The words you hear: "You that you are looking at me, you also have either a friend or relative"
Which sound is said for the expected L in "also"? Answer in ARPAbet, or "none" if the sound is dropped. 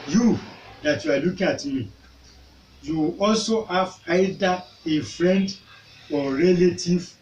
L